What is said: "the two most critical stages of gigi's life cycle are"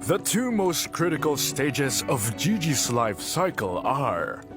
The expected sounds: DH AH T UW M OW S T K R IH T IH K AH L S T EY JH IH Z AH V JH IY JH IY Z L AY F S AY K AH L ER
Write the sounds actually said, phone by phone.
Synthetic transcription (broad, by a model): DH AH T UW M OW S T K R IH T IH K AH L S T EY JH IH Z AH V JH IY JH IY S L AY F S AY K AH L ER